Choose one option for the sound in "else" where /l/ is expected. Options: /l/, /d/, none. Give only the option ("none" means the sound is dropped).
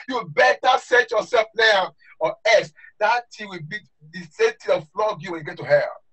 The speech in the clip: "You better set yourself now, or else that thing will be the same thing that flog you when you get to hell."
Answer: none